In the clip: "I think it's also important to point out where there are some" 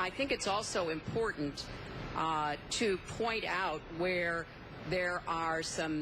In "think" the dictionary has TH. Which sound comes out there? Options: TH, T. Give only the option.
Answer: TH